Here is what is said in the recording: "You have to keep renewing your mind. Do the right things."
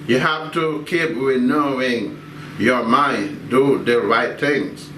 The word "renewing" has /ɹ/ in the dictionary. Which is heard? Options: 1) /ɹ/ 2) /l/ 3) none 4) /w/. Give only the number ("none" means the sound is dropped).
4